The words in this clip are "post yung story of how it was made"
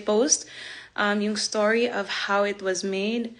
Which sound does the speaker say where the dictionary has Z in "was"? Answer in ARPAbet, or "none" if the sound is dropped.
Z